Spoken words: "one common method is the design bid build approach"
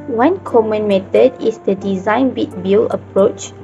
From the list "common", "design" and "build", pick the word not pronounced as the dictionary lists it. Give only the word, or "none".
build